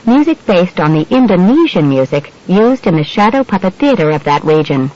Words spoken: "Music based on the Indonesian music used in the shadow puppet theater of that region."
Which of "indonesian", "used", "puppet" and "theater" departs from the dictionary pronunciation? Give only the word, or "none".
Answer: none